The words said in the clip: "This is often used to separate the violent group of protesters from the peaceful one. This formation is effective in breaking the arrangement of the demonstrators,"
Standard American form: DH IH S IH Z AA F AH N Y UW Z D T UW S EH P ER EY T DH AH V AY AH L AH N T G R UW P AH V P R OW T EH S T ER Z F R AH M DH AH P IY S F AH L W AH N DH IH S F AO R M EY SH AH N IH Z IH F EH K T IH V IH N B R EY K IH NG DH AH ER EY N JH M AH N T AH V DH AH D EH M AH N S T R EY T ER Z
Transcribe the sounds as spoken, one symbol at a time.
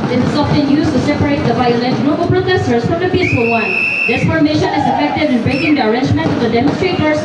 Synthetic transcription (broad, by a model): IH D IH S AA F AH N Y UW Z T UW S EH P ER EY T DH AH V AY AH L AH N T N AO B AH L P R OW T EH S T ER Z F R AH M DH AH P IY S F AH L W AH N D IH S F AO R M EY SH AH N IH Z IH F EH K T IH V IH N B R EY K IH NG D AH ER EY N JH M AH N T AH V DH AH D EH M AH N S T R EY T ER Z